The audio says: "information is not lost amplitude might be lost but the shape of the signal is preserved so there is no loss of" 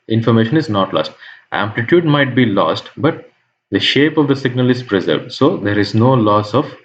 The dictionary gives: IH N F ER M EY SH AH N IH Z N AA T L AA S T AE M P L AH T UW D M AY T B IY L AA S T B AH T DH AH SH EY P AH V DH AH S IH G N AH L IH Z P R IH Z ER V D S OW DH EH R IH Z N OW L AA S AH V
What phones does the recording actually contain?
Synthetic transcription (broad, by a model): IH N F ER M EY SH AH N IH Z N AA T L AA S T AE M P L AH T UW D M AY T B IY L AA S T B AH T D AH SH EY P AH V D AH S IH G N AH L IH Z P R IH Z ER V D S OW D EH R IH Z N OW L AA S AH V